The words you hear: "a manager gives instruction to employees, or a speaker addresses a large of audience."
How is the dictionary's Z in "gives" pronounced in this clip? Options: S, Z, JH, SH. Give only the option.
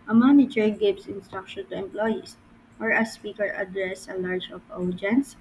S